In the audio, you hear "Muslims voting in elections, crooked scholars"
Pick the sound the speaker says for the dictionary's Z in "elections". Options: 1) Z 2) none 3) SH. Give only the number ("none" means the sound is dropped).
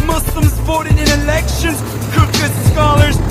2